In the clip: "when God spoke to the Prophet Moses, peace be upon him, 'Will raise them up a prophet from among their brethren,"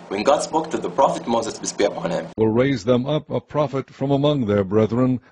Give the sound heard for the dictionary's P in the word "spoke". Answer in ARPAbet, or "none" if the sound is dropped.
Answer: B